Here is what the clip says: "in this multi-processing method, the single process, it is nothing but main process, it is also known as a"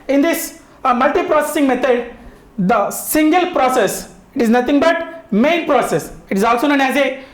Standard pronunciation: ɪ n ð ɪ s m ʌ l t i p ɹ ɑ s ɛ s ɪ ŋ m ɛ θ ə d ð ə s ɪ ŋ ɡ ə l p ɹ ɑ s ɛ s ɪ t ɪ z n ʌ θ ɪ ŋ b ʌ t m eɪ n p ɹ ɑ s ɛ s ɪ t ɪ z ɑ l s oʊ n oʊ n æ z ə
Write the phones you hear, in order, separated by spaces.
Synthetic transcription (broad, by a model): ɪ n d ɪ s m ʌ l t i p ɹ ɑ s ɛ s ɪ ŋ m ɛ t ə d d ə s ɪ ŋ ɡ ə l p ɹ ɑ s ɛ s ɪ t ɪ z n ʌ t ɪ ŋ b ʌ t m eɪ n p ɹ ɑ s ɛ s ɪ t ɪ z ɑ l s oʊ n oʊ n æ z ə